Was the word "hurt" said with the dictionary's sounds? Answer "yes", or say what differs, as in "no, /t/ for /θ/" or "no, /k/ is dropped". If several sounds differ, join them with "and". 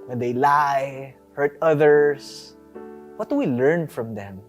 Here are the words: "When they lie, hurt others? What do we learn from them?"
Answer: yes